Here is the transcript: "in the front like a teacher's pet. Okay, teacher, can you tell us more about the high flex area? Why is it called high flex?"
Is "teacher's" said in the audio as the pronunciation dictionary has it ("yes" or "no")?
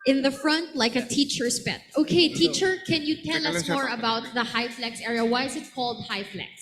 no